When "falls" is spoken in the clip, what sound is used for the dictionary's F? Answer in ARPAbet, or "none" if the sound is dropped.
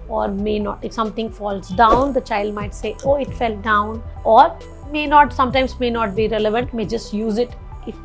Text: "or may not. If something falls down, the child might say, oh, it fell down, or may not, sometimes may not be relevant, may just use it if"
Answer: F